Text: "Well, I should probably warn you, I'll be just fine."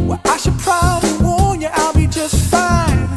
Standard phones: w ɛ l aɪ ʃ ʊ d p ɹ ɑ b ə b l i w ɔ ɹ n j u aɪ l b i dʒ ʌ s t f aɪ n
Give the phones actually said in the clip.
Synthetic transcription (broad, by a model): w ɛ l aɪ ʃ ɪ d p ɹ ɑ b ə b l i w ɔ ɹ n j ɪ aɪ l b i dʒ ʌ s t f aɪ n